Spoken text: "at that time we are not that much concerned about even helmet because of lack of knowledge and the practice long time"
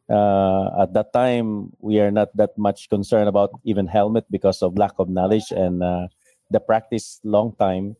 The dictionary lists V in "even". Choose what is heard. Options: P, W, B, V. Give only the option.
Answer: V